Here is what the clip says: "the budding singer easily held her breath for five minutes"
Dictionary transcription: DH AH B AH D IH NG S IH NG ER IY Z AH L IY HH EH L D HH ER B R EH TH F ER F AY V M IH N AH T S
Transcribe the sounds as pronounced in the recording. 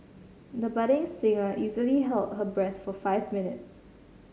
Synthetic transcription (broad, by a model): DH AH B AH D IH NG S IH NG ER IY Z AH L IY HH EH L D HH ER B R EH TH F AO F AY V M IH N AH T S